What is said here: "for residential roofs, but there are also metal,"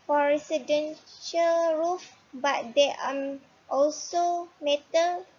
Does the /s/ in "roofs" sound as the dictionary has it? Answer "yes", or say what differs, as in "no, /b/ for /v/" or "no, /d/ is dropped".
no, /s/ is dropped